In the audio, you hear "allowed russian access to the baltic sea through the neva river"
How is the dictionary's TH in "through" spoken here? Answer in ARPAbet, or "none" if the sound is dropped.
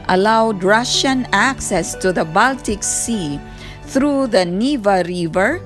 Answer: T